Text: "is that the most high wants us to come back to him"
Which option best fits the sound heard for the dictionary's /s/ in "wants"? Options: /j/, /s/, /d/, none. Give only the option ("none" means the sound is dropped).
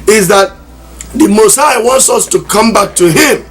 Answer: /s/